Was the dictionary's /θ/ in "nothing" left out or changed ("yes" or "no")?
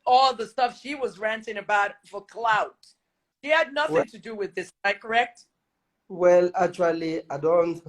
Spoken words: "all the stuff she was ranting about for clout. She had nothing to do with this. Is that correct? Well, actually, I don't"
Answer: no